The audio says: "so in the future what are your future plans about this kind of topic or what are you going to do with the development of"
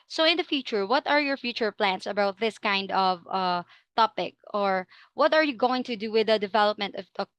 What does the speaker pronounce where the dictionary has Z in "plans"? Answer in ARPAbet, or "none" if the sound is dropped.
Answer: S